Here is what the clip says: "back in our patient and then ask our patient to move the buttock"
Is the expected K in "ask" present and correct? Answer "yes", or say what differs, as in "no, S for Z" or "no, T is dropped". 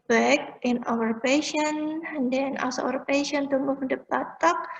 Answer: no, K is dropped